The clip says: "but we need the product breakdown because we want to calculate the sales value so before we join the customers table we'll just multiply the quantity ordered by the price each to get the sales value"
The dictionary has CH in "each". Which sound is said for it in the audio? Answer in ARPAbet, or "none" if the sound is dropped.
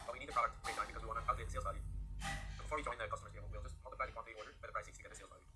S